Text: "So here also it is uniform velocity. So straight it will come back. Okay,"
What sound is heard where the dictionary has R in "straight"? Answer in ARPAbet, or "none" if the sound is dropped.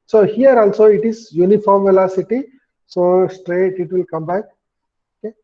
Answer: R